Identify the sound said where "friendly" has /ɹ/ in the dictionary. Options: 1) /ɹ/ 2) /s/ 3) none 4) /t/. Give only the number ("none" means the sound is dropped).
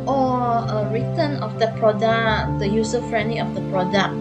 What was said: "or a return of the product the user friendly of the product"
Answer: 1